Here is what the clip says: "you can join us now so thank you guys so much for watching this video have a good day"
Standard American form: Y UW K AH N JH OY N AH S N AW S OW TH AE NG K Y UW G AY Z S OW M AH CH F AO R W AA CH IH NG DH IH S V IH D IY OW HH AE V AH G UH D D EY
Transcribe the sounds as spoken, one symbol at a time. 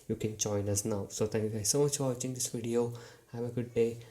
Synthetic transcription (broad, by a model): Y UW K AH N JH OY N AH S N AW S OW T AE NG K Y UW G AY Z S OW M AH CH F AO R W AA CH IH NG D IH S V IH D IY OW HH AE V AH G UH D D EY